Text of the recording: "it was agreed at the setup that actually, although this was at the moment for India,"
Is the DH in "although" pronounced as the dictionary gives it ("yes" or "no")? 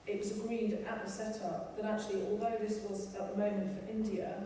yes